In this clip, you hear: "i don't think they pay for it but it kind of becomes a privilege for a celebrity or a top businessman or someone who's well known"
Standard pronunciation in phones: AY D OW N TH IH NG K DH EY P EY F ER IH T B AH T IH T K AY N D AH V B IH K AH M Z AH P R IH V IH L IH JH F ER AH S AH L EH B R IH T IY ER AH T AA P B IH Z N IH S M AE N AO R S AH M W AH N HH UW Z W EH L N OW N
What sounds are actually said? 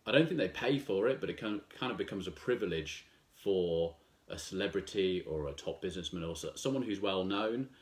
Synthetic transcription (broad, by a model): AY D OW N TH IH NG K DH EY P EY F ER IH T B AH T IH T K AY N D AH V B IH K AH M Z AH P R IH V IH L IH JH F ER AH S AH L EH B R IH T IY ER AH T AA P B IH Z N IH S M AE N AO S S AH M W AH N HH UW Z W EH L N OW N